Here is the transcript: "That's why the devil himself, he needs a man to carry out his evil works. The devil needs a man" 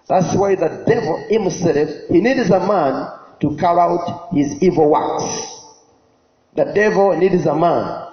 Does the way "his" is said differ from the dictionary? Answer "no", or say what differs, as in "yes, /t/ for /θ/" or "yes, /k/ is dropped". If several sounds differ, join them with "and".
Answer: no